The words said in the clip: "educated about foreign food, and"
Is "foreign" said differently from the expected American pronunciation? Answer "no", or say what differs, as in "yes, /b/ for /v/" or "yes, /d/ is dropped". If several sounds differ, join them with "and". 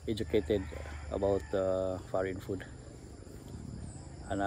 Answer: no